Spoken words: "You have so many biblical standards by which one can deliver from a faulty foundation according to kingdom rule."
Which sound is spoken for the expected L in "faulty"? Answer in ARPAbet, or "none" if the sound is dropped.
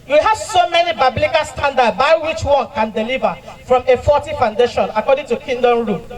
none